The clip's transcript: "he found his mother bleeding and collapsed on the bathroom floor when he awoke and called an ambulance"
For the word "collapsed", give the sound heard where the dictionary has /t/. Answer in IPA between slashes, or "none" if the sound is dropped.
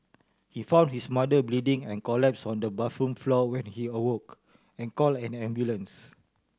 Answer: none